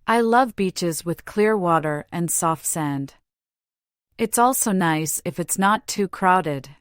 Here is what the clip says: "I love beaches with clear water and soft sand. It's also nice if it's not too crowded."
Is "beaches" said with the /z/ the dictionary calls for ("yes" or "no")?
yes